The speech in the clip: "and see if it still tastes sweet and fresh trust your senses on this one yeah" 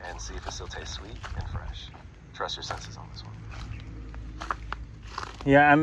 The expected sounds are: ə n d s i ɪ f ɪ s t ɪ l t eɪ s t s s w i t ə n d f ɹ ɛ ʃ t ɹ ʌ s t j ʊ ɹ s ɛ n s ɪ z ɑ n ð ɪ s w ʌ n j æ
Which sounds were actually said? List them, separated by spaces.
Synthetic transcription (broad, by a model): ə n s i ɪ f ɪ s t ɪ l t eɪ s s s w i t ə n f ɹ ɛ ʃ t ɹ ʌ s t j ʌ ɹ s ɛ n s ɪ z n ð ɪ s w ʌ n j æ